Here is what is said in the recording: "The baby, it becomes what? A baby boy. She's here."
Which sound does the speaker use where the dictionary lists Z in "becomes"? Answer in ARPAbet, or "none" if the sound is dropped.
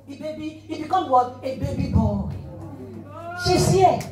none